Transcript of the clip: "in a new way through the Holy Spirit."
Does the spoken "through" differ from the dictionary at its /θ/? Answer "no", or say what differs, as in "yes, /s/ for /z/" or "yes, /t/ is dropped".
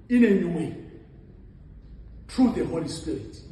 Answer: yes, /t/ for /θ/